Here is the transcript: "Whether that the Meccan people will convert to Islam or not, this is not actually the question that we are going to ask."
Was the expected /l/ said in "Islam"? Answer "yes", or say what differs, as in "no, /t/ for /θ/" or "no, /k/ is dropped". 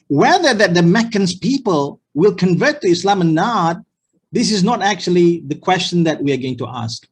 yes